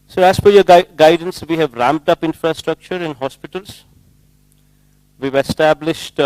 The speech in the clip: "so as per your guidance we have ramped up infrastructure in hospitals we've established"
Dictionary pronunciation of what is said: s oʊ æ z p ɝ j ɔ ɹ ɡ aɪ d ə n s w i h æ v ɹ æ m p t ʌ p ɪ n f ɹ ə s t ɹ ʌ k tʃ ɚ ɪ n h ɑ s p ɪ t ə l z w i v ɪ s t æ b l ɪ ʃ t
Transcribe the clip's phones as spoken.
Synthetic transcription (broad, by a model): s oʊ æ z f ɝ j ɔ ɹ ɡ aɪ d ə n s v i h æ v ɹ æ m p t ʌ p ɪ n f ɹ ə s t ɹ ʌ k tʃ ɚ ɪ n h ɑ s p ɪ t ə l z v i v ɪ s t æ b l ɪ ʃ t